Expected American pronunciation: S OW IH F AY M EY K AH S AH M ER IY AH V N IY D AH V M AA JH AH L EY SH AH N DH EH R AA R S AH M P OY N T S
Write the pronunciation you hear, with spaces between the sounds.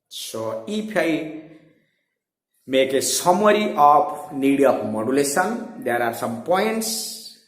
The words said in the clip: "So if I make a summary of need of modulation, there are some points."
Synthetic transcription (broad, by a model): S OW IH P AY M EY K AH S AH M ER IY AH P N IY D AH P M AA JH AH L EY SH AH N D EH R AA R S AH M P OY N T S